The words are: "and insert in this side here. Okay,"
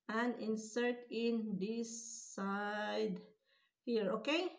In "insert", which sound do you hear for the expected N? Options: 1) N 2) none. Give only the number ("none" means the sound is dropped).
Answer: 1